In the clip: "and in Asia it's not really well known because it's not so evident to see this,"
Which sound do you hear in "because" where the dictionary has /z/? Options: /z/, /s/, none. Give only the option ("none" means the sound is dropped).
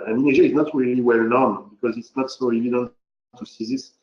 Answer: /z/